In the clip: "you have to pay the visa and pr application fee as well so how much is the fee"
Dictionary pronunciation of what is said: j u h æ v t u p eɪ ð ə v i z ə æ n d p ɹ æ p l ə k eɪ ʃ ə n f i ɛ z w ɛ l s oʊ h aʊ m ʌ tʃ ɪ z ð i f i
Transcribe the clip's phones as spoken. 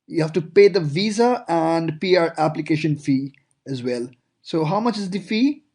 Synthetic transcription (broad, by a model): j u h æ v t u p eɪ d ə v i z ə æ n d p ɹ æ p l ə k eɪ ʃ ə n f i ɛ z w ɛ l s oʊ h aʊ m ʌ tʃ ɪ z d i f i